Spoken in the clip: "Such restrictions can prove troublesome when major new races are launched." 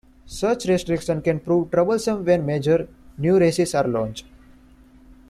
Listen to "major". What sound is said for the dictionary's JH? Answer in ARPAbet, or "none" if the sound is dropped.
JH